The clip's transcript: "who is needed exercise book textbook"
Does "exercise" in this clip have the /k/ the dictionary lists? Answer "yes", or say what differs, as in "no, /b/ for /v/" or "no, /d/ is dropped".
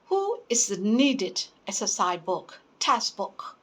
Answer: no, /k/ is dropped